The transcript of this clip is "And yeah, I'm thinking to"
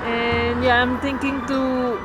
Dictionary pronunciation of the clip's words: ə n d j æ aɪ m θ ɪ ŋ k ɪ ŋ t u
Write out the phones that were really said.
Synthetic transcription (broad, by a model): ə n j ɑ aɪ m t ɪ ŋ k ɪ ŋ t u